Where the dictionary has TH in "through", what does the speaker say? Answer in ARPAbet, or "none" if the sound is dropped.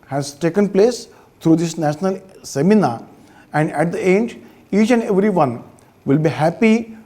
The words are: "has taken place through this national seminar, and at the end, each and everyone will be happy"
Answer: T